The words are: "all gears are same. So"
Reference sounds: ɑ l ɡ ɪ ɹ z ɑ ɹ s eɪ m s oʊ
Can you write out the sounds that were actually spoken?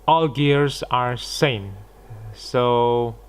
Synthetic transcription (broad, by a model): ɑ l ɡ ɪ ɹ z ɑ ɹ s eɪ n s oʊ